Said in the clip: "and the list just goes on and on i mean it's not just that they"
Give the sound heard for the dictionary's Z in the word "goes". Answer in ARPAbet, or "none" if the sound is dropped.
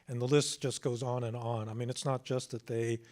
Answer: Z